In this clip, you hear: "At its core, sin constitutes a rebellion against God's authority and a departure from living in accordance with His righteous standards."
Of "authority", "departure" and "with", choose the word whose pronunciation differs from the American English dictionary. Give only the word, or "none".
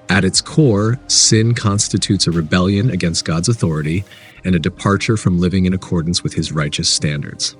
none